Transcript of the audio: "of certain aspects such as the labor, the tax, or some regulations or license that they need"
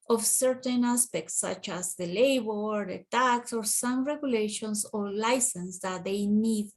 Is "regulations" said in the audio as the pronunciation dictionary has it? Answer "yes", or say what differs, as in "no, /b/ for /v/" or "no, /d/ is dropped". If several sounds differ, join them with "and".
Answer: no, /s/ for /z/